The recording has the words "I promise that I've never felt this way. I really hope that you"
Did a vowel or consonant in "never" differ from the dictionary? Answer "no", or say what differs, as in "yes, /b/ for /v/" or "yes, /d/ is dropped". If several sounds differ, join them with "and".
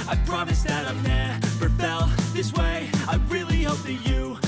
yes, /p/ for /v/